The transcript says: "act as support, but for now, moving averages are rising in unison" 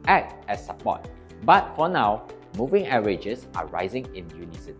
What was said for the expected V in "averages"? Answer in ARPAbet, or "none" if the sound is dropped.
none